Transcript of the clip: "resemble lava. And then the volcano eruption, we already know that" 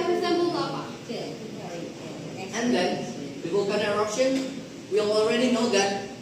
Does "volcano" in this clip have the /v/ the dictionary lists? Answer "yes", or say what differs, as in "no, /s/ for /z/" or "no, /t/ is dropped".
no, /w/ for /v/